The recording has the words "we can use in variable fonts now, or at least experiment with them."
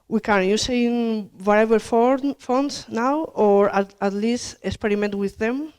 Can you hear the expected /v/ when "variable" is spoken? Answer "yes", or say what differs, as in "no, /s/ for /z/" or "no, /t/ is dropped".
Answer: no, /w/ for /v/